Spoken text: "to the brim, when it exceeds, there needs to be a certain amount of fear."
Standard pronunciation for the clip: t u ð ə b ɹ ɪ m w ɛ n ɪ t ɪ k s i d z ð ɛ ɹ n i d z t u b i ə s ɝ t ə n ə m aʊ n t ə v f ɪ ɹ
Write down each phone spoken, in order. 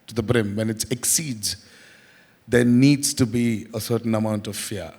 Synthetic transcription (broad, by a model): t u ð ə b ɹ ɪ m w ɛ n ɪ t ɪ k s i d z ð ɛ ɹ n i d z t u b i ə s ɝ t n ə m aʊ n t ə v f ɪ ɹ